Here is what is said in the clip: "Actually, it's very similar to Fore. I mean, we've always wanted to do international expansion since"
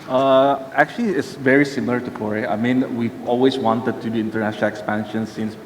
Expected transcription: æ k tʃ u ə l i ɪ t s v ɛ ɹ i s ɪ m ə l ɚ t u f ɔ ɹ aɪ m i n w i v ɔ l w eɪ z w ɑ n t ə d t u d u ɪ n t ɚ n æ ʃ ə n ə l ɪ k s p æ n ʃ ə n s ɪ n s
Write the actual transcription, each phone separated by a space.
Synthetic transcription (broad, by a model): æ k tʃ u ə l i ɪ t s v ɛ ɹ i s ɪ m l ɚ t u p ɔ ɹ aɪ m i n w i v ɔ l w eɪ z w ɑ n t ə d t u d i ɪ n t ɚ n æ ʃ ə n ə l ɪ k s p æ n ʃ ə n s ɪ n s